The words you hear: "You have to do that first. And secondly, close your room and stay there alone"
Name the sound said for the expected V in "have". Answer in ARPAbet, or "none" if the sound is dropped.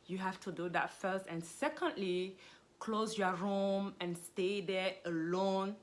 F